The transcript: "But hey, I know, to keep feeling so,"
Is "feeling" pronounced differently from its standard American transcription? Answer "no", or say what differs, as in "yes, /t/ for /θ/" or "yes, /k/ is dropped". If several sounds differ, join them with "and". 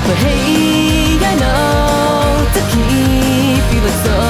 yes, /w/ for /l/